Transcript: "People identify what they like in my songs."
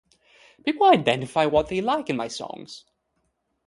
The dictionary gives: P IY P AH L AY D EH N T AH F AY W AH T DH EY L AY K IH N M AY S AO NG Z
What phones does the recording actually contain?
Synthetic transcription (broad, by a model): B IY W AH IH AY D EH N T AH F AY W AH T DH EY L AY K IH N M AY S AO NG Z